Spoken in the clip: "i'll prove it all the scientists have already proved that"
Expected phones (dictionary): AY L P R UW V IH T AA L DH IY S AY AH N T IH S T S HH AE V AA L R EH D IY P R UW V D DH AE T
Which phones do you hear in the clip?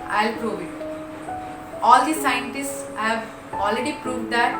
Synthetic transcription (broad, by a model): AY L P R UW V IH T AA L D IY S AY AH N T IH S T S HH AE V AA L R EH D IY P R UW V D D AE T